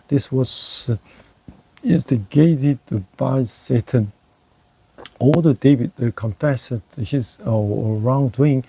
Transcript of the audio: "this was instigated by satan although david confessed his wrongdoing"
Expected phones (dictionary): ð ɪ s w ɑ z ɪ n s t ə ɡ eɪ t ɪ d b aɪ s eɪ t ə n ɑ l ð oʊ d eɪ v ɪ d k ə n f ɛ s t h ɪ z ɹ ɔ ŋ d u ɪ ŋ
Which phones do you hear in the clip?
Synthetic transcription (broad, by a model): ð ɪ s w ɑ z ɪ n s t ə ɡ eɪ t ɪ d b aɪ s eɪ t ə n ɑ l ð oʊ d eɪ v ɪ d k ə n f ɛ s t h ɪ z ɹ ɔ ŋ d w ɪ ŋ